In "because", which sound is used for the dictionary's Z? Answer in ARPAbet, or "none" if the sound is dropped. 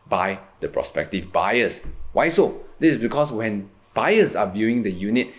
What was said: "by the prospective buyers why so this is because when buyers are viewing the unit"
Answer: S